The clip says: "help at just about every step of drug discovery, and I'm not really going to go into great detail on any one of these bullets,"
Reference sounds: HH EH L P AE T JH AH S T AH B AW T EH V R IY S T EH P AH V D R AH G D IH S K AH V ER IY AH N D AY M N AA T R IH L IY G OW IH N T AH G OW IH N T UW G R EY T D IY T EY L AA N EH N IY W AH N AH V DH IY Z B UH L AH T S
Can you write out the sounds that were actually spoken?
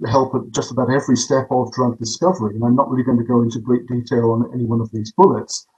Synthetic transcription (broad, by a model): HH EH L P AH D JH AH S T AH B AW T EH V R IY S T EH P AH V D R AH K D IH S K AH V ER IY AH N AY M N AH T R IH L IY G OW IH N T AH G OW IH N T UW G R EY T D IY T EY L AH N EH N IY W AH N AH V DH IY Z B UH L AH T S